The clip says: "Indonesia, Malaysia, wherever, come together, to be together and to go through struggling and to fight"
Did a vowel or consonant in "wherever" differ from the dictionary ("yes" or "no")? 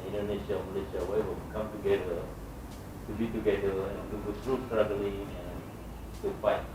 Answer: yes